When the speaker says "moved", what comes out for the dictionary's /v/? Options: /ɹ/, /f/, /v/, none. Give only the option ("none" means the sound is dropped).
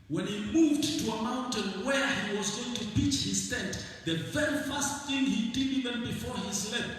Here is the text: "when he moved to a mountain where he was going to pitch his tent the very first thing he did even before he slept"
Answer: /v/